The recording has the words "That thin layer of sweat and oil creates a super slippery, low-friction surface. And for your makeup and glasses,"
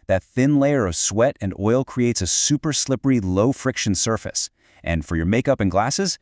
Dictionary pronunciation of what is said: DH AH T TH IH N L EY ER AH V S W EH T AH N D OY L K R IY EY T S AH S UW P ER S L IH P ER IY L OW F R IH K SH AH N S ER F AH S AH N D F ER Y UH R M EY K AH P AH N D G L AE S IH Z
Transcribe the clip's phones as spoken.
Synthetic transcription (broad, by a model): DH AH T TH IH N L EY ER AH V S W EH T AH N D OY L K R IY EY T S AH S UW P ER S L IH P ER IY L OW F R IH K SH AH N S ER F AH S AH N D F ER Y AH R M EY K AH P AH N G L AE S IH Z